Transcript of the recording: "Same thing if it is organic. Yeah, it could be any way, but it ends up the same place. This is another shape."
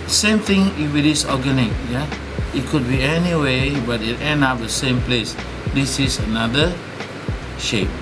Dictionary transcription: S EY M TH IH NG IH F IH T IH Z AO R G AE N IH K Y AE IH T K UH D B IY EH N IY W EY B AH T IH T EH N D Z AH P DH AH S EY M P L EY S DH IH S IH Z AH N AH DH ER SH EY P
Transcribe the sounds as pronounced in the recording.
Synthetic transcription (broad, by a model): S EY M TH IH NG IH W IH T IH S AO G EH N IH K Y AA IH T K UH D B IY EH N IY W EY B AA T IH T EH N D AA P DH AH S EY M P L EY S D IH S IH S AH N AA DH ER SH EY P